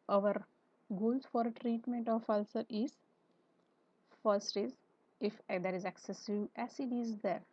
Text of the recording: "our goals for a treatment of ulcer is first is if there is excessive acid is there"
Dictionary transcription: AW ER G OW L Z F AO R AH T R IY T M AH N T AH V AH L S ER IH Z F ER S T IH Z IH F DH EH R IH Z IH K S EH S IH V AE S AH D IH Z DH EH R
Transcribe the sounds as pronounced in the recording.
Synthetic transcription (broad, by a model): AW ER G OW L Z F AO R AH T R IY T M AH N T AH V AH L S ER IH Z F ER S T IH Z IH F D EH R IH Z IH K S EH S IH B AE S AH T IH Z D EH R